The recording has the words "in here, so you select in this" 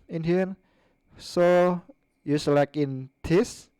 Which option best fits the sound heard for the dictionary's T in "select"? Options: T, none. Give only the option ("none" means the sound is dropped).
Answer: none